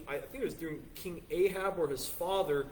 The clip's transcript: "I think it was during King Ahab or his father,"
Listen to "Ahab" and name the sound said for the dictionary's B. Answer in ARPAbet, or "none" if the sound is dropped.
B